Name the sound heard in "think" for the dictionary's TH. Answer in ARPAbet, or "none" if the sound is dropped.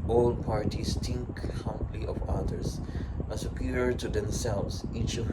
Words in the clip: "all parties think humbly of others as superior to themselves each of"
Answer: T